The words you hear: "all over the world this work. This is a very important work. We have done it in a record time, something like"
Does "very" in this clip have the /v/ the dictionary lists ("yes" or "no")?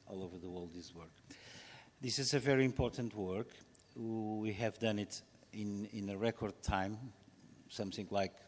yes